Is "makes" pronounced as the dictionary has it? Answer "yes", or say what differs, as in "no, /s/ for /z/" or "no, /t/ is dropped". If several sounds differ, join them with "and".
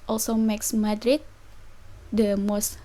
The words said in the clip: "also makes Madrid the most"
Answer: yes